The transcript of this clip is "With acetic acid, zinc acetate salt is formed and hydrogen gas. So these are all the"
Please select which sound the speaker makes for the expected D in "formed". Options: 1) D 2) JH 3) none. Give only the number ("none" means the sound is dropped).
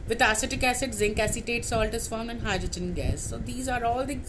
3